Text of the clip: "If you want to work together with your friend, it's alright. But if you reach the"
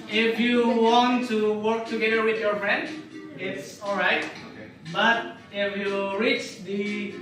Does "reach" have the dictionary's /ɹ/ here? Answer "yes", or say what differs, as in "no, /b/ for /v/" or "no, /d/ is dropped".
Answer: yes